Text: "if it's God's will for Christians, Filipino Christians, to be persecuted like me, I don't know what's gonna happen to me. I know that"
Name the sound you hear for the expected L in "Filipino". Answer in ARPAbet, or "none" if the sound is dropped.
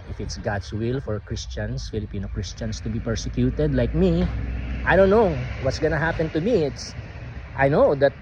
L